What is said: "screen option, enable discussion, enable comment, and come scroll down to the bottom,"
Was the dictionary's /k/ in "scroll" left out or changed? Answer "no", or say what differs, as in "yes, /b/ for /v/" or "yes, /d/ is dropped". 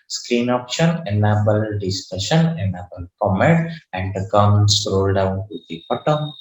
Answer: yes, /k/ is dropped